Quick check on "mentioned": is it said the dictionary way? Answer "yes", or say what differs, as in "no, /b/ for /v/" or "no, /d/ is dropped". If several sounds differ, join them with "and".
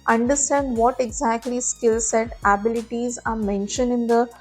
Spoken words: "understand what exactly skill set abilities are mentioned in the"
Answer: yes